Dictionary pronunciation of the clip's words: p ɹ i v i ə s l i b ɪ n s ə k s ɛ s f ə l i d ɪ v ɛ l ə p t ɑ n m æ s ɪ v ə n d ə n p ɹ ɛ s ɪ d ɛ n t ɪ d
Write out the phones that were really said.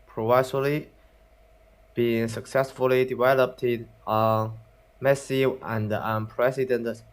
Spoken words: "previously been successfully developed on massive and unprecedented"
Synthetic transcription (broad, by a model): p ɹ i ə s l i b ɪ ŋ s ə k s ɛ s f ə l i d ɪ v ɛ l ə p t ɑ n m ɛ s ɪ ə n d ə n p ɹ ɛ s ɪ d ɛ n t